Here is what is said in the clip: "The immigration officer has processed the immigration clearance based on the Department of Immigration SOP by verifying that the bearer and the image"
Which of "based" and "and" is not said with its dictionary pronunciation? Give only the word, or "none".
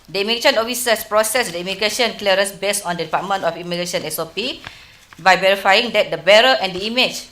based